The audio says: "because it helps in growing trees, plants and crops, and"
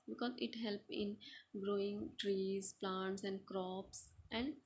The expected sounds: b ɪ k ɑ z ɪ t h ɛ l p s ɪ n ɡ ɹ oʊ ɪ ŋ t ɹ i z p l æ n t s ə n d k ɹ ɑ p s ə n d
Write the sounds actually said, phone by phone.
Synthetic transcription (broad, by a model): b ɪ k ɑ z ɪ t h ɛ l p ɪ n ɡ ɹ oʊ ɪ ŋ t ɹ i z p l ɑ n t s ə n d k ɹ ɑ p s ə n d